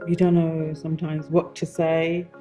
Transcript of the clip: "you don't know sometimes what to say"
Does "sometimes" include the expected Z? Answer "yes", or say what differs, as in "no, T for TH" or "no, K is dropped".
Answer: yes